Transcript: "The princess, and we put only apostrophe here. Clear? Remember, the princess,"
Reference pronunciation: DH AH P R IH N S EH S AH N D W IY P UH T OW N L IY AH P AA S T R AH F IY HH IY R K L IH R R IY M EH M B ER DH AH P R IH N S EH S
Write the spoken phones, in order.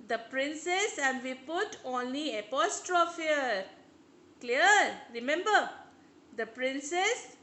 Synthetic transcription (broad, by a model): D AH P R IH N S EH S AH N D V IY P UH T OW N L IY AH P AA S T R AH F IY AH K L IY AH R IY M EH M B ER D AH P R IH N S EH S